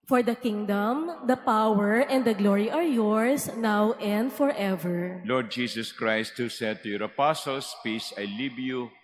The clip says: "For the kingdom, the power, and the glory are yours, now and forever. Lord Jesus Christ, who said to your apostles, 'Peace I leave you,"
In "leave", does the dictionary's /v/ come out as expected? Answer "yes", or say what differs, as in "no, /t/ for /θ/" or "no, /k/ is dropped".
no, /b/ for /v/